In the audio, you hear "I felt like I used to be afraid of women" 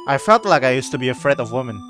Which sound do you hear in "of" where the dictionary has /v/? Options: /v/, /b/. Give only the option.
/v/